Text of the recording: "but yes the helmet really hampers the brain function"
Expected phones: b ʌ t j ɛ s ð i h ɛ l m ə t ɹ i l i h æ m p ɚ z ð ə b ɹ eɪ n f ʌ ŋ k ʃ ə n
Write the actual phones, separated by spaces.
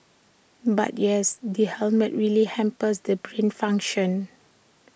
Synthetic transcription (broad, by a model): b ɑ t j ɛ s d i h ɛ l m ə t ɹ i l i h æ m p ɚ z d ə b ɹ eɪ n f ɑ ŋ k ʃ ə n